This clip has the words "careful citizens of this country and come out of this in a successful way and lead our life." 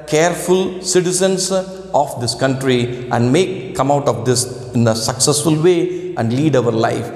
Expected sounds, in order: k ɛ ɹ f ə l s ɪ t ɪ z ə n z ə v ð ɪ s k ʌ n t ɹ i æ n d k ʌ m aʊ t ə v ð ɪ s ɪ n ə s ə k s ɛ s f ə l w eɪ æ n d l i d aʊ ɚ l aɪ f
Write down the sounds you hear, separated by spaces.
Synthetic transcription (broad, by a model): k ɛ ɹ f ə l s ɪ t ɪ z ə n s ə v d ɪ s k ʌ n t ɹ i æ n d k ʌ m aʊ t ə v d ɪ s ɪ n ə s ə k s ɛ s f ə l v eɪ æ n d l i d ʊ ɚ l aɪ f